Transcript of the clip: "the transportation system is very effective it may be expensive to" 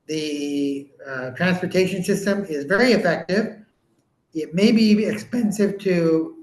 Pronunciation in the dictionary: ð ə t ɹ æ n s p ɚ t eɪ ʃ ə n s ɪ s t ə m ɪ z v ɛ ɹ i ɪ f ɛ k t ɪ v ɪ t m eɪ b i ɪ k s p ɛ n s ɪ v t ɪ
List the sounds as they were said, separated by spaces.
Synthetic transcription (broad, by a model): ð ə t ɹ æ n s p ɚ t eɪ ʃ ə n s ɪ s t ə m ɪ z v ɛ ɹ i ɪ f ɛ k t ɪ v ɪ t m eɪ b i ɪ k s p ɛ n s ɪ v t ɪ